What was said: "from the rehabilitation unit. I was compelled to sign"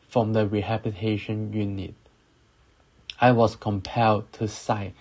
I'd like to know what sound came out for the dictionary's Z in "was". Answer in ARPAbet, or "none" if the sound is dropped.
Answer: S